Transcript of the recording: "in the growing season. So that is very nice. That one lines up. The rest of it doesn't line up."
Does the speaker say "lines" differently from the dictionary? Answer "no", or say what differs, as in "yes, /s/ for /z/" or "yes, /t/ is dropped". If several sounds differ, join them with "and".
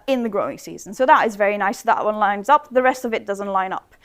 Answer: no